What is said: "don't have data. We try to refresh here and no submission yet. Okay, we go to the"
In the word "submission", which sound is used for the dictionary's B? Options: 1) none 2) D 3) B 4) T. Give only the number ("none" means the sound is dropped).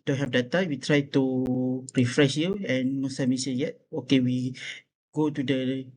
1